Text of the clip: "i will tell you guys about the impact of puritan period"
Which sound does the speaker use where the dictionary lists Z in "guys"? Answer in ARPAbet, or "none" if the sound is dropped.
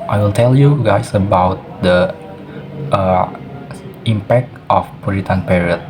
S